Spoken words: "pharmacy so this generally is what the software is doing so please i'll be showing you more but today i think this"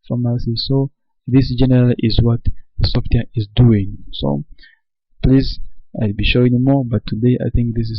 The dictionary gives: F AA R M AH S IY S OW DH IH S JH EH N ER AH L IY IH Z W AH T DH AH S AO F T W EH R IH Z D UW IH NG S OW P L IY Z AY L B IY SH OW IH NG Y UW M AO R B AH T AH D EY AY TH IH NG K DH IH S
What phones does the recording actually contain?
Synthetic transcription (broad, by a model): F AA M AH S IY S OW DH IH S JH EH N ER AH L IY IH Z W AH T DH AH S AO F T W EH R IH Z D UW IH NG S OW P L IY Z AY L B IY SH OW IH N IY M AO R B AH T AH D EY AY TH IH NG K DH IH S